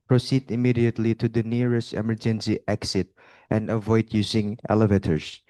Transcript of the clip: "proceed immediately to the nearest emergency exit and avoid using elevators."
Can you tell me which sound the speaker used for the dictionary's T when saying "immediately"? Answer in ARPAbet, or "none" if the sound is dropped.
T